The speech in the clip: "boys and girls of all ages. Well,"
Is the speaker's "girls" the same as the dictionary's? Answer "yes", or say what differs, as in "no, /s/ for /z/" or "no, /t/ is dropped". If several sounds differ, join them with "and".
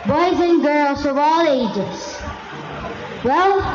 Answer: yes